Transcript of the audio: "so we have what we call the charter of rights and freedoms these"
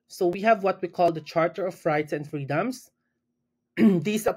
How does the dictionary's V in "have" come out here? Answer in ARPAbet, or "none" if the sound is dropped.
V